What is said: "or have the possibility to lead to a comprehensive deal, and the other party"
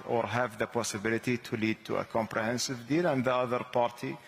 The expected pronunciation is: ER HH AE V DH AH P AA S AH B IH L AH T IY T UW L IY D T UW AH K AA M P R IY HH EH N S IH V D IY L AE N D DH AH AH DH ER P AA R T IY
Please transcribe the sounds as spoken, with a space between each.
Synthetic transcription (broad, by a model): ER HH AE V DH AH P AA S AH B IH L AH T IY T UW L IY D T UW AH K AA M P R IY HH EH N S IH V D IY L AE N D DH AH AH DH ER P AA R T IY